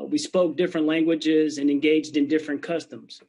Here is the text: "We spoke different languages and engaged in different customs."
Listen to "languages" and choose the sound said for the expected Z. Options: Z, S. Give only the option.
Z